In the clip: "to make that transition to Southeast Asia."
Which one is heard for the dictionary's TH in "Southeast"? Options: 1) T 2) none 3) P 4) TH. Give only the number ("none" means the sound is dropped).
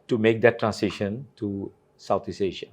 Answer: 1